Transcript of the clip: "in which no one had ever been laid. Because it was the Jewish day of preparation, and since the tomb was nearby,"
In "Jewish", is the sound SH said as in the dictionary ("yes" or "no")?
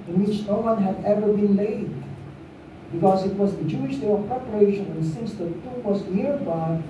yes